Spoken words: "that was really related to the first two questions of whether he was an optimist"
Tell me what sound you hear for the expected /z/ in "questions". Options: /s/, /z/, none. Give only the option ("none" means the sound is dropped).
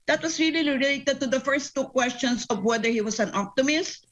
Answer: /s/